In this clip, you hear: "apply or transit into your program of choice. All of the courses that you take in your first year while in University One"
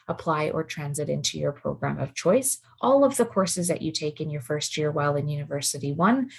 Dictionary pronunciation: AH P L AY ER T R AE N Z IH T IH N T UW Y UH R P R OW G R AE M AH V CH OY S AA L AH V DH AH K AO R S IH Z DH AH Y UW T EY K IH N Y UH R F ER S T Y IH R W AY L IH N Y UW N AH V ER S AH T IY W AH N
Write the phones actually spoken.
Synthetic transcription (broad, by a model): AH P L AY ER T R AE N Z IH T IH N T UW Y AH R P R OW G R AE M AH V CH OY S AA L AH V DH AH K AO R S IH Z DH AH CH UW T EY K IH N Y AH R F ER S T Y IH R W AY L IH N Y UW N AH V ER S AH T IY W AH N